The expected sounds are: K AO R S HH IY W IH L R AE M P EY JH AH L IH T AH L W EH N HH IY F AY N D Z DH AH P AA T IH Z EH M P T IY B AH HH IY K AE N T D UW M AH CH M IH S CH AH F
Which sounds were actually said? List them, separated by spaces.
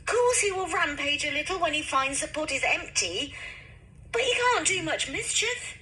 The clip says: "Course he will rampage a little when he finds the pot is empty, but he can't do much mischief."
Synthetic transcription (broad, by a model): K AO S HH IY W IH L R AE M P EY JH AH L IH T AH L W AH N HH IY F AY N D Z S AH P AA T IH Z EH M P T IY B AH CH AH K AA N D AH M AH CH M IH S CH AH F